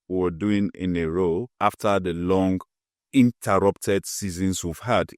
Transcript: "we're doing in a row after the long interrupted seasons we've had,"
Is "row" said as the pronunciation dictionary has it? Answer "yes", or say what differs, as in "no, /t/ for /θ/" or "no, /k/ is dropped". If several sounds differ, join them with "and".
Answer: yes